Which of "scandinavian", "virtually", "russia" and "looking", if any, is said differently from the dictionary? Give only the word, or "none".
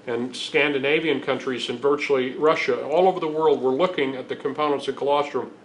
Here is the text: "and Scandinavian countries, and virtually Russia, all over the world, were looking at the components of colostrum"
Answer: none